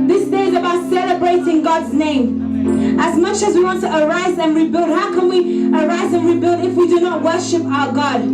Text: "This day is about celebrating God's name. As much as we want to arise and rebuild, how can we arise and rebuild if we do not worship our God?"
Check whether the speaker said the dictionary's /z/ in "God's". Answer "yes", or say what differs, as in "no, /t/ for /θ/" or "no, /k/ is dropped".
yes